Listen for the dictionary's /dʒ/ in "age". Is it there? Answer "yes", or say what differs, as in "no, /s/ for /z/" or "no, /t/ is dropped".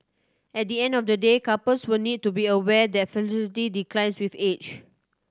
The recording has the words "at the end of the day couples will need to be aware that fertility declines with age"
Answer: no, /tʃ/ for /dʒ/